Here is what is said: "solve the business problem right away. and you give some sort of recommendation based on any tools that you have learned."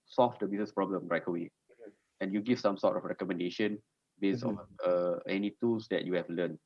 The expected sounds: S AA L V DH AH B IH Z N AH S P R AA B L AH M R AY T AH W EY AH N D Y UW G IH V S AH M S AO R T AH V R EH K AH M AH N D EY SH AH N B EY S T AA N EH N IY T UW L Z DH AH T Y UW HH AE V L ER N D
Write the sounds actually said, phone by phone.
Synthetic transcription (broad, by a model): S AA L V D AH B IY S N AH S P R AA B L AH M R AY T AH W EY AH N Y UW G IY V S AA M S AO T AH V R EH K AH M AH N D EY SH AH N B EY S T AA N EH N IY T UW L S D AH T Y UW HH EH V L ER N